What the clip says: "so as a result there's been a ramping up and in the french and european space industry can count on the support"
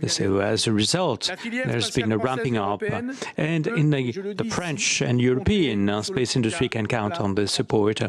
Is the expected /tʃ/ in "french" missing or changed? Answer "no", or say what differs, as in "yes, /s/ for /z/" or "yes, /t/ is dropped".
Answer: no